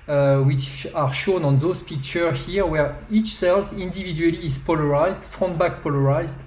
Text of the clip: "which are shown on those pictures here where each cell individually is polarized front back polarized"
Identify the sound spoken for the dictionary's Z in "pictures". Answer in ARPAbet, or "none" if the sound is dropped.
none